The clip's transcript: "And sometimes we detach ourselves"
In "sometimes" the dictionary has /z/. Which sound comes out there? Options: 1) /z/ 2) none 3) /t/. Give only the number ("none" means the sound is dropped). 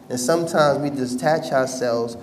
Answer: 1